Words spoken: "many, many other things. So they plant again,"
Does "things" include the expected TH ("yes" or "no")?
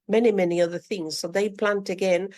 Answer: yes